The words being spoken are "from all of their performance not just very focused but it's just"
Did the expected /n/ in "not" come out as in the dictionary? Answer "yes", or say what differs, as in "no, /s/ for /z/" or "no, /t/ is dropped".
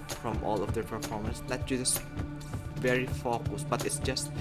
no, /l/ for /n/